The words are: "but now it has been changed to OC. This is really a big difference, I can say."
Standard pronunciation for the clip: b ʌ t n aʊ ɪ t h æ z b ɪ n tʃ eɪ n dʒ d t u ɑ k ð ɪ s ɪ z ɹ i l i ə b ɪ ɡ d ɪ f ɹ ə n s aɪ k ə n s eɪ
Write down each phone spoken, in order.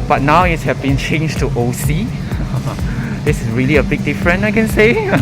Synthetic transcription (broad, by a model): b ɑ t n aʊ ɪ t h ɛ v b ɪ n tʃ eɪ n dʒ t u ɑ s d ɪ s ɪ s ɹ i l i ə b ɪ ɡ d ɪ f ɹ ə n aɪ k ə n s eɪ